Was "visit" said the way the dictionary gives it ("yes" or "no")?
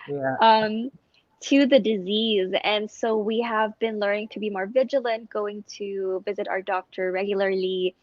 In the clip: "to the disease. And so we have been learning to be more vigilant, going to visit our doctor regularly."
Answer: yes